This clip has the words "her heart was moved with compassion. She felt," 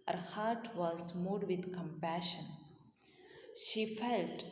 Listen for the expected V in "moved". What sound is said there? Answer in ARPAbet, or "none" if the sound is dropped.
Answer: none